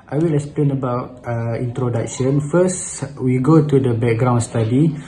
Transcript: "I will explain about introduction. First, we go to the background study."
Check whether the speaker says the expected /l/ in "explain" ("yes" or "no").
yes